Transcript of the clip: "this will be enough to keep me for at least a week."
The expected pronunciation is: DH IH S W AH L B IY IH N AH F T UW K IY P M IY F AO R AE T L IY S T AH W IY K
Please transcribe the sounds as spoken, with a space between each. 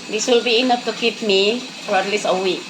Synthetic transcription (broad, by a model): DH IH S W AH L B IY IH N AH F T UW K IY P M IY F AO R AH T L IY S AH W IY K